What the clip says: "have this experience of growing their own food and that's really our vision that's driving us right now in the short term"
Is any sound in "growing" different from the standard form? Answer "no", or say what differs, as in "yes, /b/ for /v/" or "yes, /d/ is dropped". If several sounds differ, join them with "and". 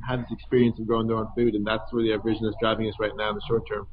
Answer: yes, /ɹ/ is dropped